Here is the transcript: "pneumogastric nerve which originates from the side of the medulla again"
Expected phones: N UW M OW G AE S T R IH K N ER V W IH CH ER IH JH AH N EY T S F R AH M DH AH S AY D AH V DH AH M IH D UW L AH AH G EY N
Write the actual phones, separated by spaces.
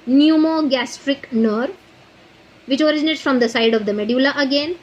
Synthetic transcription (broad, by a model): N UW M OW G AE S T R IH K N ER V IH CH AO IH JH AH N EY T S F R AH M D AH S AY D AH V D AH M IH D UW L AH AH G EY N